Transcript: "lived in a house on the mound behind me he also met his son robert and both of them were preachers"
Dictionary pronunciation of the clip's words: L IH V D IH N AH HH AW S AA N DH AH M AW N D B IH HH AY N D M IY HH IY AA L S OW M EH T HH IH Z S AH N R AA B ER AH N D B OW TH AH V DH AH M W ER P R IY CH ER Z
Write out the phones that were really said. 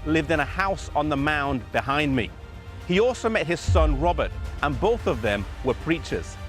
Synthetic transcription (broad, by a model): L IH V D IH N AH HH AW S N DH AH M AW N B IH HH AY N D M IY HH IY AA L S OW M EH T HH IH Z S AH N R AA B ER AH N B OW TH AH V DH AH M W ER P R IY CH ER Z